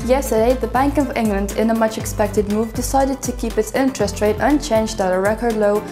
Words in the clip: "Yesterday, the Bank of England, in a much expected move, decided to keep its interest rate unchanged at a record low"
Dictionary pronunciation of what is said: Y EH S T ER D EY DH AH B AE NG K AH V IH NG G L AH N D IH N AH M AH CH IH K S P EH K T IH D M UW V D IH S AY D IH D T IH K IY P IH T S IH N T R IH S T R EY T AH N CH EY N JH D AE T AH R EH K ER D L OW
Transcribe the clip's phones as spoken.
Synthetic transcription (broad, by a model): Y EH S T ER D EY DH AH B AE NG K AH V IH NG G L AH N D IH N AH M AH CH IH K S P EH K T IH D M UW V D IH S AY D IH D T IH K IY P IH T S IH N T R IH S T R EY T AH N CH EY N JH D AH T AH R EH K ER D L OW